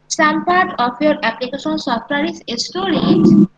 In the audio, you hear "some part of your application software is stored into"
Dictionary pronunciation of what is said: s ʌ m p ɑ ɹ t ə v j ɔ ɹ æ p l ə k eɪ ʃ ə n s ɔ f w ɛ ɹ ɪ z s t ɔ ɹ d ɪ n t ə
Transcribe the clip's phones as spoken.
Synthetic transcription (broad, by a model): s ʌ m p ɑ ɹ t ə p j ɔ ɹ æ p l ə k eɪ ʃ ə n s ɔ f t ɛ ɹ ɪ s s t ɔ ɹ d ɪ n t